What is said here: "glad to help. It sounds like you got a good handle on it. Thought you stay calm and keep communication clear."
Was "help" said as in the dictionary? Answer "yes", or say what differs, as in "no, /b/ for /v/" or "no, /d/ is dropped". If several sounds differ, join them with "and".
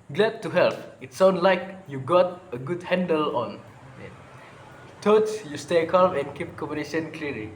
yes